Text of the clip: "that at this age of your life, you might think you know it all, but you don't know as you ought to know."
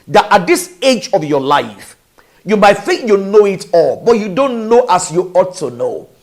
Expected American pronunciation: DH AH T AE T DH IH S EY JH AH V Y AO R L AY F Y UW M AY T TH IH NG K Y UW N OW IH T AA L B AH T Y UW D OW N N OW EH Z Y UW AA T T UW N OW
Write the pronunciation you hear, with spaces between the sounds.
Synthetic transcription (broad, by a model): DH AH T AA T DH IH S EY JH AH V Y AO L AY F Y UW M AY T TH IH NG K Y UW N OW IH T AA L B AH T Y UW D OW N N OW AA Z Y UW AA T T UW N OW